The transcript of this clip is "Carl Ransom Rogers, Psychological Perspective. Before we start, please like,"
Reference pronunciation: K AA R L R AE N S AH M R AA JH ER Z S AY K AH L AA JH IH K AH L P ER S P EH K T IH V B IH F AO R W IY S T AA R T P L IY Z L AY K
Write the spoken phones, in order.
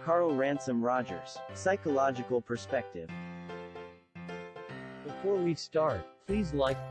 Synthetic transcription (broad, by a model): K AA R L R AE N S AH M R AA JH ER Z S AY K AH L AA JH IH K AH L P ER S P EH K T IH V B IH F AO R W IY S T AA R T P L IY Z L AY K